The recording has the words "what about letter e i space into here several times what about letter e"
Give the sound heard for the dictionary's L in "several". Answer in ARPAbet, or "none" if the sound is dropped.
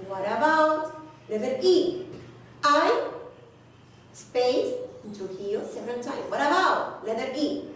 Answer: N